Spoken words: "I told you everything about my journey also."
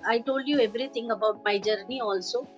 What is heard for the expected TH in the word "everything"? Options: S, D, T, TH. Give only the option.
T